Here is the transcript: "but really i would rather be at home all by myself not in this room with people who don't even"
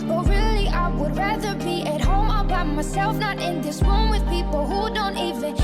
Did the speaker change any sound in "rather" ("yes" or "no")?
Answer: no